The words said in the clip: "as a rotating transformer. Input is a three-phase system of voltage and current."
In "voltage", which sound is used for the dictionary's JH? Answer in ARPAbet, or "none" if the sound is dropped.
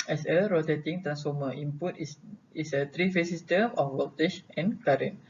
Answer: SH